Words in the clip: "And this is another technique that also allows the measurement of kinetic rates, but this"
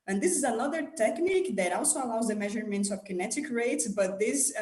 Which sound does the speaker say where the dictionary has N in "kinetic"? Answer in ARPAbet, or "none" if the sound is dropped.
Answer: N